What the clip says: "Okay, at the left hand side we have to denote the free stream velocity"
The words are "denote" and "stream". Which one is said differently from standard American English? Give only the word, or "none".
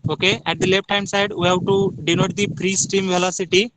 stream